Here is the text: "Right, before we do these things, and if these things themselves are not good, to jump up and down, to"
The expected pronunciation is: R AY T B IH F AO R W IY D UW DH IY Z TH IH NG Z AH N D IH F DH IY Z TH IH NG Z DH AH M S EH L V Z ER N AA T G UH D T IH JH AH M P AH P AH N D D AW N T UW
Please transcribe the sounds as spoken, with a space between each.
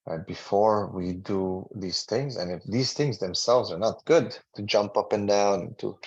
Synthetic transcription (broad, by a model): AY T B IH F AO R W IY D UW DH IY Z TH IH NG Z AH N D IH F DH IY Z TH IH NG Z DH AH M S EH L V Z ER N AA T G UH D T IH JH AH M P AH P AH N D D AW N T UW